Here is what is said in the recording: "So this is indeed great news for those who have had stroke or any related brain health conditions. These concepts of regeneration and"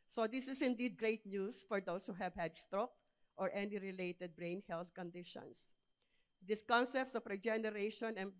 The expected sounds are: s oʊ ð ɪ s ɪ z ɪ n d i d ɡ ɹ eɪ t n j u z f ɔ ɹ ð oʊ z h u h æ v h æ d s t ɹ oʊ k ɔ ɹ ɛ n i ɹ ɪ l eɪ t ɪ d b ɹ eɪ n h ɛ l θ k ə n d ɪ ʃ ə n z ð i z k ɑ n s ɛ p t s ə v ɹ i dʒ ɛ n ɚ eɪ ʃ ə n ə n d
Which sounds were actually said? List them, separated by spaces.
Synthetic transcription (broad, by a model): s oʊ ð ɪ s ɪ s ɪ n d i d ɡ ɹ eɪ t n j u s f ɔ ɹ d oʊ s h u h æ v h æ d s t ɹ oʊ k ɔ ɹ ɛ n i ɹ ɪ l eɪ t ɪ d b ɹ eɪ n h ɛ l θ k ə n d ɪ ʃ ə n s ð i s k ɑ n s ɛ p t s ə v ɹ i dʒ ɛ n ɚ eɪ ʃ ə n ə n